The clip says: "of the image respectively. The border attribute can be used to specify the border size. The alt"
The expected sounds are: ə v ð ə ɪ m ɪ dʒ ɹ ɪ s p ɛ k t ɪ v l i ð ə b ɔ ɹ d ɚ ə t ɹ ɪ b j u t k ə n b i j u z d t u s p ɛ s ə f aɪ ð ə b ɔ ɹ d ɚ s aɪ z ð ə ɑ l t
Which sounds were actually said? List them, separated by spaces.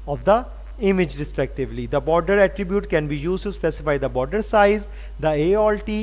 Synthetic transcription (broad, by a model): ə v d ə ɪ m ɪ dʒ ɹ ɪ s p ɛ k t ɪ v l i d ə b ɔ ɹ d ɚ ə t ɹ ɪ b j u t k ə n b i j u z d t u s p ɛ s ə f aɪ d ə b ɔ ɹ d ɚ s aɪ z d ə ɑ l t